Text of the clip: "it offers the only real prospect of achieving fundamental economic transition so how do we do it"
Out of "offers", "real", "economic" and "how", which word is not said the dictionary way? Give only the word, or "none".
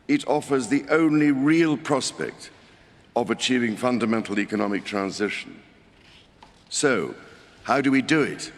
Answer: none